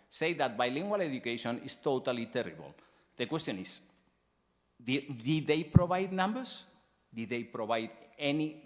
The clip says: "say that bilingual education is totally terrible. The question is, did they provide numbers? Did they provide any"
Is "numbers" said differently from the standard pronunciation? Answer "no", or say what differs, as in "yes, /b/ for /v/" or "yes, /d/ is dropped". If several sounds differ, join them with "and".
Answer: yes, /s/ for /z/